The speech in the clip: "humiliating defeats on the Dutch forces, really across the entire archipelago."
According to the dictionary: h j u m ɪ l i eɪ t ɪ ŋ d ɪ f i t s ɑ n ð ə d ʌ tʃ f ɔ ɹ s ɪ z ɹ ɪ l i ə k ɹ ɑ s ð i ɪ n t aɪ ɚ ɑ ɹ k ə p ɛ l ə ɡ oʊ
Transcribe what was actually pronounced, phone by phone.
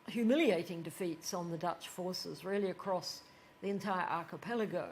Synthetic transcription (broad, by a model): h j u m ɪ l i eɪ t ɪ ŋ d ɪ f i t s n ð ə d ʌ tʃ f ɔ ɹ s ɪ z ɹ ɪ l i ə k ɹ ɑ s ð i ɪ n t aɪ ɚ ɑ ɹ k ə p ɛ l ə ɡ oʊ